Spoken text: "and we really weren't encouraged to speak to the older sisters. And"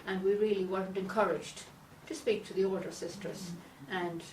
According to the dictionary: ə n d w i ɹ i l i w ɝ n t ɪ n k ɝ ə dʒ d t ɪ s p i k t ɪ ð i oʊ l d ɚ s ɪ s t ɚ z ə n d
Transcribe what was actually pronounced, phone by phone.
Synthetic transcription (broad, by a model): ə n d w i ɹ i l i w ɝ n t ɪ n k ɝ ə dʒ d t ɪ s p i k t ɪ ð i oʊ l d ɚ s ɪ s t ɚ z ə n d